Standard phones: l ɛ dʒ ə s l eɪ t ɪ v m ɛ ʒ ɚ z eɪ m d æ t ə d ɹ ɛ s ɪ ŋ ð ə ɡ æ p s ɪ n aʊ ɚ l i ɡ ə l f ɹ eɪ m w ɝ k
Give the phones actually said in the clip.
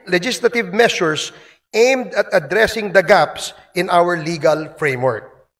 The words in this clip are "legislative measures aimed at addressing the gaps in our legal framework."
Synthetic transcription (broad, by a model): l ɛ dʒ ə s l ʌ t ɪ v m ɛ s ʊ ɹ eɪ m d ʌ t ə d ɹ ɛ s ɪ ŋ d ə ɡ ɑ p s ɪ n aʊ ɚ l i ɡ ə l f ɹ eɪ m w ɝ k